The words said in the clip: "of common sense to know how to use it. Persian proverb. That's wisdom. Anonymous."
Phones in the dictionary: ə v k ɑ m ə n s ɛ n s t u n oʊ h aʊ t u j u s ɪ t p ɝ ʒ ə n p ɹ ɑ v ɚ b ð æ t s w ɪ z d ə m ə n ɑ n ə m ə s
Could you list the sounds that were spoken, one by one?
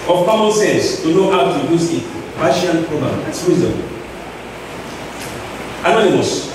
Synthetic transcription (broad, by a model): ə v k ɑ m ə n s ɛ s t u n oʊ h aʊ t u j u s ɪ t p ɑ ʃ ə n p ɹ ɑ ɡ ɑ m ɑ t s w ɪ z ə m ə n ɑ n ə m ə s